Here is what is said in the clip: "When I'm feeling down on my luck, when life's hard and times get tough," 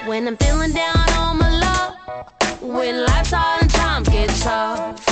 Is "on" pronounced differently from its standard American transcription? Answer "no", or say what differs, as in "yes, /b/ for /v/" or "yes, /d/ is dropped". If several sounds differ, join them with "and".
yes, /l/ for /n/